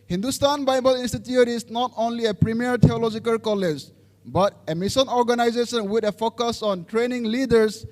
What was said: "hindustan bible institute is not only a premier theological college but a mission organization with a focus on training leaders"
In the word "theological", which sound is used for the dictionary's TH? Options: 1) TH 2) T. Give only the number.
2